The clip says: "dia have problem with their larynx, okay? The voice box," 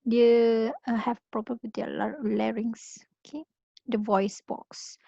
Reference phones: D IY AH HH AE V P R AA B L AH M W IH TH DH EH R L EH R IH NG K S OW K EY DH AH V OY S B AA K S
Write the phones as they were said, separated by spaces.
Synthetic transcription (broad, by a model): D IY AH HH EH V P R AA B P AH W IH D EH L L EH R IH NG S OW K EY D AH V OY S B AA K S